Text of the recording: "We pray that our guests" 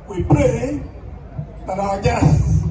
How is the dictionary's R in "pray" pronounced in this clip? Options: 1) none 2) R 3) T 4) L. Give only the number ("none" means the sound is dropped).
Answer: 4